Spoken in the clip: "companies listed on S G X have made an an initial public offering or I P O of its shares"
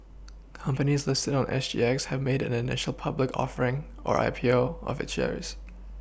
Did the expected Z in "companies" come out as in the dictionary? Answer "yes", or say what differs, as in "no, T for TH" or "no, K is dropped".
yes